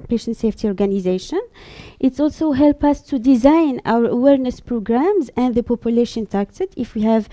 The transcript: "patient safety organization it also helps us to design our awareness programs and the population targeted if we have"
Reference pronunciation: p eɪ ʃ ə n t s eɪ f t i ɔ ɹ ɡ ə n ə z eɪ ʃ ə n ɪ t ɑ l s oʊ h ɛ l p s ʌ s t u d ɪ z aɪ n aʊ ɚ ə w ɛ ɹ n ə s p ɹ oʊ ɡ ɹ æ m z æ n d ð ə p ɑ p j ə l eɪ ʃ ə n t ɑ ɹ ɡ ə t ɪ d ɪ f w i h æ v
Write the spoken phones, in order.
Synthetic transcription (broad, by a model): p eɪ ʃ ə n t s eɪ f t i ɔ ɹ ɡ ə n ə z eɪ ʃ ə n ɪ t ɑ l s oʊ h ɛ l p ʌ s t u d ɪ z aɪ n aʊ ɚ ə w ɛ ɹ n ə s p ɹ oʊ ɡ ɹ æ m z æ n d ð ə p ɑ p j ə l eɪ ʃ ə n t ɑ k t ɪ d ɪ f w i h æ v